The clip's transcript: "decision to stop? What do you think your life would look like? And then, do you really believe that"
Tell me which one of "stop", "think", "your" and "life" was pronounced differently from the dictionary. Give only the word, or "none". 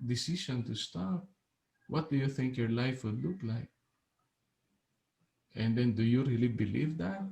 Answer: none